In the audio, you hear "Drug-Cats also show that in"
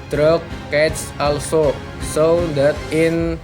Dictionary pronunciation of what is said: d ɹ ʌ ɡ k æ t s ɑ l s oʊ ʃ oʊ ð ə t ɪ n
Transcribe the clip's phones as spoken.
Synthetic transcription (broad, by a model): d ɹ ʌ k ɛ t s ɑ l s oʊ s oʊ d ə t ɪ n